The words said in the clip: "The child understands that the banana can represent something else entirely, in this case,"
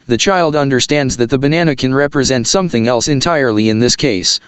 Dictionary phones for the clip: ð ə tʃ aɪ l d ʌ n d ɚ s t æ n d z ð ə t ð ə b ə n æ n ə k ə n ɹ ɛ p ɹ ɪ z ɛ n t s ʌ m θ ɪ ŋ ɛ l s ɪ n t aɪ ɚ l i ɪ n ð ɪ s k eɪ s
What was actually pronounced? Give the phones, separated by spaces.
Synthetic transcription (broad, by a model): ð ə tʃ aɪ l d ʌ n d ɚ s t æ n d z ð ə t ð ə b ə n æ n ə k ə n ɹ ɛ p ɹ ɪ z ɛ n t s ʌ m θ ɪ ŋ ɛ l s ɪ n t aɪ ɚ l i ɪ n ð ɪ s k eɪ s